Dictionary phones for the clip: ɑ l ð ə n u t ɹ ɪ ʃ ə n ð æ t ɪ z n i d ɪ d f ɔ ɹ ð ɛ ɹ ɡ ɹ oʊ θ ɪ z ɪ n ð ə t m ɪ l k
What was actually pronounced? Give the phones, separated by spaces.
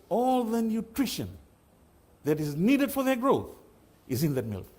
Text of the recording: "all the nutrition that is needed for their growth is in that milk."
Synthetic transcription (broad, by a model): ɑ l ð ə n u t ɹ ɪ ʃ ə n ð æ t ɪ z n i d ɪ d f ɔ ɹ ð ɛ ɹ ɡ ɹ oʊ θ ɪ z ɪ n ð ə t m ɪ l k